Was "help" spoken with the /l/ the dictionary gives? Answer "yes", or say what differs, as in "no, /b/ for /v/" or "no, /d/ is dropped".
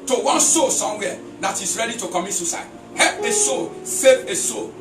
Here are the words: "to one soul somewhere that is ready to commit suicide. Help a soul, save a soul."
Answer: no, /l/ is dropped